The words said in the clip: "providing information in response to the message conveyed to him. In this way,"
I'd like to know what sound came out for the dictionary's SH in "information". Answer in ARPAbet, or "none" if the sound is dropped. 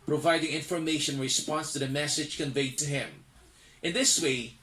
none